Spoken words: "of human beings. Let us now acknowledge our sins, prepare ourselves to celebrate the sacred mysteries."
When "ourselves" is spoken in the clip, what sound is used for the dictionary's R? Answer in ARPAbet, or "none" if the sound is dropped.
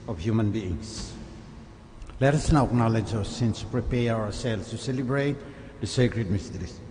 W